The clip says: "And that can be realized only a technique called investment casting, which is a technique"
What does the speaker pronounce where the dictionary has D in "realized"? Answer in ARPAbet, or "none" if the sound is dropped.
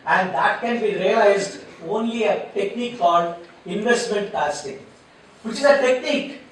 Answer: D